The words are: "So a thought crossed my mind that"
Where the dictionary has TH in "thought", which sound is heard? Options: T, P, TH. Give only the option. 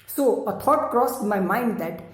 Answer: T